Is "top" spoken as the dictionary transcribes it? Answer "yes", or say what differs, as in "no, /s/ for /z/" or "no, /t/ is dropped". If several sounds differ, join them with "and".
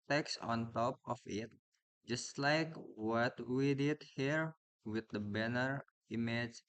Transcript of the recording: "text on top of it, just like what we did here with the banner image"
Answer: yes